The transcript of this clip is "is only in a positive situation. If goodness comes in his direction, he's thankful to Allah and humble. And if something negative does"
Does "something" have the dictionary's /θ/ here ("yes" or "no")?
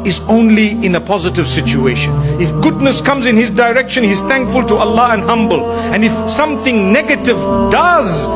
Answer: yes